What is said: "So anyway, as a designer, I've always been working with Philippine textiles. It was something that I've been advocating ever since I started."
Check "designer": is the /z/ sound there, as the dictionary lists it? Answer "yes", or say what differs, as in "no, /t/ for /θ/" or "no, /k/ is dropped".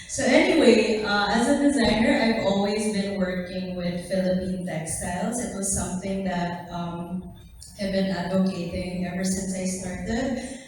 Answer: yes